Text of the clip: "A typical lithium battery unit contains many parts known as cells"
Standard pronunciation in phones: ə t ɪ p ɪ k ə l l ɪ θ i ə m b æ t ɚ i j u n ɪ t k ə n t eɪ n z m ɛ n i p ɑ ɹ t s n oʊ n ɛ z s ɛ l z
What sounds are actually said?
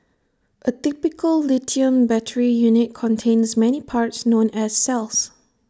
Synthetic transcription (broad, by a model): ə t ɪ p ɪ k ə l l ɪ t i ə m b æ t ɚ i j u n ɪ t k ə n t eɪ n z m ɛ n i p ɑ ɹ t s n oʊ n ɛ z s ɛ l s